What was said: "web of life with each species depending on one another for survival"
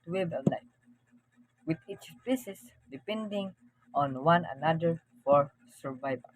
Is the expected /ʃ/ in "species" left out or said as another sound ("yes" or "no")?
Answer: yes